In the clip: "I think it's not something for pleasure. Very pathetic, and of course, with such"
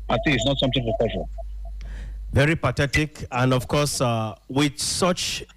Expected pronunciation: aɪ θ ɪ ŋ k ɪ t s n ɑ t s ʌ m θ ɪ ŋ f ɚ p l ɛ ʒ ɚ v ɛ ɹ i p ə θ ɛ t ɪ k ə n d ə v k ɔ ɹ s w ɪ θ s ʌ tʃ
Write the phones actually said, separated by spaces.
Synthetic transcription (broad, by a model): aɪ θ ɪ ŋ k ɪ t s n ɑ t s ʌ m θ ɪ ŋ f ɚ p ɛ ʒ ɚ v ɛ ɹ i p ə t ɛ t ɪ k ə n d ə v k ɔ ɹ s w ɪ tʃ s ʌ tʃ